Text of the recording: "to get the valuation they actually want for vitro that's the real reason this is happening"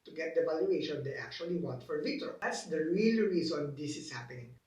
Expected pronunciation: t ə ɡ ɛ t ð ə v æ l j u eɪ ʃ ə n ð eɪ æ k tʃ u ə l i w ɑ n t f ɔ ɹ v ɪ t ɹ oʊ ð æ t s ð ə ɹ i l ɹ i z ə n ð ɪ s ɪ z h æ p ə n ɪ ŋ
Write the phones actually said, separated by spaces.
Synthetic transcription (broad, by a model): t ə ɡ ɛ t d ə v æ l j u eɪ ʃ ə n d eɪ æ k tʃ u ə l i w ɑ n t f ɔ ɹ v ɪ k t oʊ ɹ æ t s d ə ɹ i l ɹ i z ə n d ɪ s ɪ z h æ p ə n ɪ ŋ